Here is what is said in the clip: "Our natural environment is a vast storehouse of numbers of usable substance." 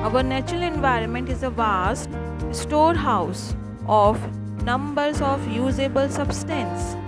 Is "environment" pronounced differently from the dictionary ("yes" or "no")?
no